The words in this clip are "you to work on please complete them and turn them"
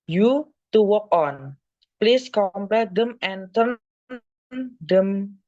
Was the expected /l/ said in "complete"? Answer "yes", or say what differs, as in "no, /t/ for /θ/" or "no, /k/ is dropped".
no, /l/ is dropped